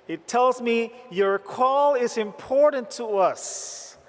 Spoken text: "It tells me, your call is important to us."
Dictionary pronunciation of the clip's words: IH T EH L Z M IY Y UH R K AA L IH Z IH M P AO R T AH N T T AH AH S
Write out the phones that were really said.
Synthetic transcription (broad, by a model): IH T EH L Z M IY Y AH R K AA L IH Z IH M P AO R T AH N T T AH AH S